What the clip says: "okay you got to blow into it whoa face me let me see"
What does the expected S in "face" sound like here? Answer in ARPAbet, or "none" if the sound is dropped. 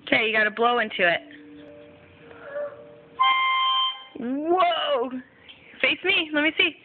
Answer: S